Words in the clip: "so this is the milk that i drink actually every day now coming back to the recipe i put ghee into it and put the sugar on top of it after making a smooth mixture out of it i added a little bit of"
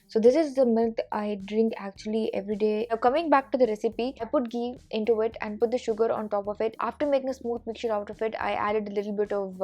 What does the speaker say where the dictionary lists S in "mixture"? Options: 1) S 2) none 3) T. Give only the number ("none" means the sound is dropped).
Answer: 2